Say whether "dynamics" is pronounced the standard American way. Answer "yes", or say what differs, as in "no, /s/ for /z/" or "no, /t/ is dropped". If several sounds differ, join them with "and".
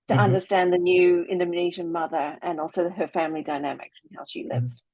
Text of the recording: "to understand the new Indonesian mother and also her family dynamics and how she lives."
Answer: yes